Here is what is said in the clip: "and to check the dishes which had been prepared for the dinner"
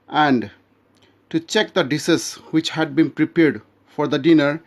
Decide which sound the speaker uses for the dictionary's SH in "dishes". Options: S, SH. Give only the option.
S